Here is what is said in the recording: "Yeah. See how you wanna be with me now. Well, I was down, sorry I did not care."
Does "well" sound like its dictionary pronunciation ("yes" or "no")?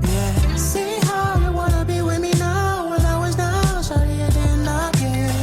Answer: no